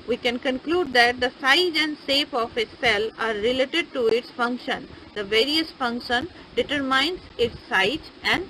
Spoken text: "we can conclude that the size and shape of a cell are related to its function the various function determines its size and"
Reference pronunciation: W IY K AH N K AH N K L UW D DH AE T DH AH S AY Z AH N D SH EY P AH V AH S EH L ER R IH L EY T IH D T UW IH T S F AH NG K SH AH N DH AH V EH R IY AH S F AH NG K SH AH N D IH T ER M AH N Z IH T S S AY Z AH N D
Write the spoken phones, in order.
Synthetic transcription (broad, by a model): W IY K AH N K AH N K L UW D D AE T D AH S AY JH AH N D S EY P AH F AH S EH L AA R IH L EY T IH D T UW IH T S F AH NG K SH AH N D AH V EH R IY AH S F AH NG K SH AH N D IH T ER M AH N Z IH T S S AY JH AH N D